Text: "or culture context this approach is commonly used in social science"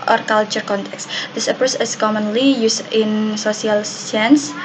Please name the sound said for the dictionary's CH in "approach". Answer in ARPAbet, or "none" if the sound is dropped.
S